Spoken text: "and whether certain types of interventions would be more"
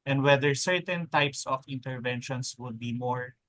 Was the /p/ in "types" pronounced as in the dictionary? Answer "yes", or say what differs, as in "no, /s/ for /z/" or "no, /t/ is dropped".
yes